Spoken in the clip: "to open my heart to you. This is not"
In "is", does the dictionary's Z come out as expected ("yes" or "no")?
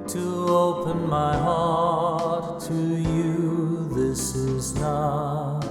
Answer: yes